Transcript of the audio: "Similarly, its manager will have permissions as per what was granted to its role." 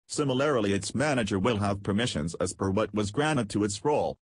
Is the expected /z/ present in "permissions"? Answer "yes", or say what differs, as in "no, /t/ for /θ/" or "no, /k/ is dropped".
yes